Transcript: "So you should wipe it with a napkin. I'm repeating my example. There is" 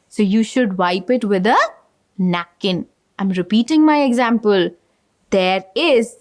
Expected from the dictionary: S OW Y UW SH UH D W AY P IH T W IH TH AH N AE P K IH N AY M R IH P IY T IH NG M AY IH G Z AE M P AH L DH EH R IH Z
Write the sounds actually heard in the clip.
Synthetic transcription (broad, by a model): S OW Y UW SH UH D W AY P IH T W IH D AH N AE K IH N AY M R IH P IY T IH NG M AY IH G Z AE M P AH L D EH R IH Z